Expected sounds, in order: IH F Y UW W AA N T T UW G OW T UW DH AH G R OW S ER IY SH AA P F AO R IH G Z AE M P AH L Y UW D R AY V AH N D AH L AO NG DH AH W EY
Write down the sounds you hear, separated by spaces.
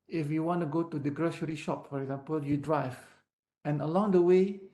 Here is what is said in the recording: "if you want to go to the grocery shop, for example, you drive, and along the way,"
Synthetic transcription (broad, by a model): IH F Y UW W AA N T T UW G OW T UW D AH G R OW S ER IY SH AA P F AO R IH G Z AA M P AH L Y UW D R AY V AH N AH L AO NG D AH W EY